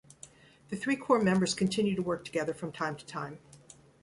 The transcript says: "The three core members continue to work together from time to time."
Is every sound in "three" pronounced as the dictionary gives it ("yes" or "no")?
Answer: yes